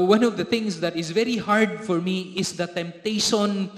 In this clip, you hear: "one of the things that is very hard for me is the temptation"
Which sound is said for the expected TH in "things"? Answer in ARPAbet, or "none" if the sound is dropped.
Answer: T